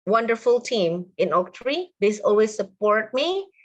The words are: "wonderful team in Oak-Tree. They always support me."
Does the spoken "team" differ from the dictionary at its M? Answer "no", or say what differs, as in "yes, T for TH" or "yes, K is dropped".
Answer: no